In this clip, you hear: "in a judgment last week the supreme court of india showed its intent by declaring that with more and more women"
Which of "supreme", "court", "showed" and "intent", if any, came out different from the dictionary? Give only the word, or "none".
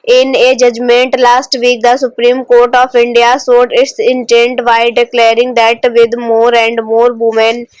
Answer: showed